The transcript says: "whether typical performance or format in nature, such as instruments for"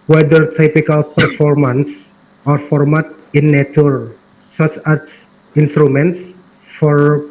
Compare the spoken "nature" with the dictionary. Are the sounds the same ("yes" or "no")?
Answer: no